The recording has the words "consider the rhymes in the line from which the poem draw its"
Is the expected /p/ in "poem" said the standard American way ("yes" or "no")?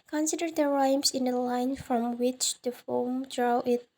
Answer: no